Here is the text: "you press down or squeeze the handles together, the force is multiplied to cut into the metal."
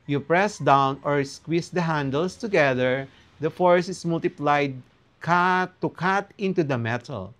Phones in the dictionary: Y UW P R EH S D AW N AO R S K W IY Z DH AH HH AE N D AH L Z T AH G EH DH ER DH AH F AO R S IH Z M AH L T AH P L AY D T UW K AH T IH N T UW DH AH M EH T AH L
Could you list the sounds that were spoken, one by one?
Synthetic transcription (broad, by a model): Y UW P R EH S D AW N AO R S K W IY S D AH HH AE N D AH L S T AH G EH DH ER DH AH F AO R S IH S M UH L T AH P L AY D T UW K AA T IH N T UW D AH M EH T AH L